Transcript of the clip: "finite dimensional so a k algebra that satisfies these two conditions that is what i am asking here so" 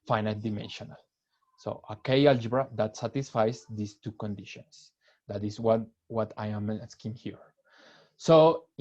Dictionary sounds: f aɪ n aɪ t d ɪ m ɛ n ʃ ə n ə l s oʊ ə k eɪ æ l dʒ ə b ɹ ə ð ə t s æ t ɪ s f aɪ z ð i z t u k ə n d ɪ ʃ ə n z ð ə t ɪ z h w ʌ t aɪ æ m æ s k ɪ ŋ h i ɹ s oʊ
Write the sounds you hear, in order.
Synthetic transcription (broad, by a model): f aɪ n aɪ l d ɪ m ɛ n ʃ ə n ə l s oʊ ə k eɪ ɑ l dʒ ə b ɹ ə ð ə t s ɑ t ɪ s f aɪ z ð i s t u k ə n d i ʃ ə n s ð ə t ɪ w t w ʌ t aɪ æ m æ s k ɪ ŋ h i ɹ s oʊ